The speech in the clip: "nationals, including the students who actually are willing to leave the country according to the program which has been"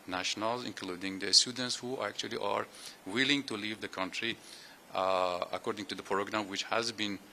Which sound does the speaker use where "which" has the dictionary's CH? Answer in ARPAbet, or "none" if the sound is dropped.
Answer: CH